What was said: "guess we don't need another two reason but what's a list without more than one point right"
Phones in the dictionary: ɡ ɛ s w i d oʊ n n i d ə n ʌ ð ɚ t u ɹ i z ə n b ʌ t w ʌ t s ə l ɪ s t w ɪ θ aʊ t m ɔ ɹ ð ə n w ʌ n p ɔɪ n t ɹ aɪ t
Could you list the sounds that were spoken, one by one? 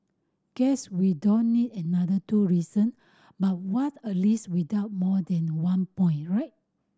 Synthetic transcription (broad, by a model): ɡ ɛ s w i d oʊ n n i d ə n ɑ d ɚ t u ɹ i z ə n b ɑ t w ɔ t ə l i s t w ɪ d aʊ t m ɔ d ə n w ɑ n p ɔɪ n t ɹ aɪ t